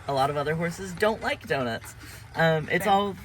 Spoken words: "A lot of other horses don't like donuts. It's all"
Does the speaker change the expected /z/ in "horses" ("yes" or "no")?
no